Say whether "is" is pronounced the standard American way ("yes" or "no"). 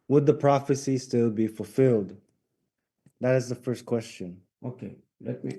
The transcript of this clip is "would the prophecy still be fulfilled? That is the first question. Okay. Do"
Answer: yes